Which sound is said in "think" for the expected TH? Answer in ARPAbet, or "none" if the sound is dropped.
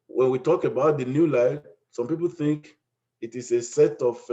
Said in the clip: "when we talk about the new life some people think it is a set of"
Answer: TH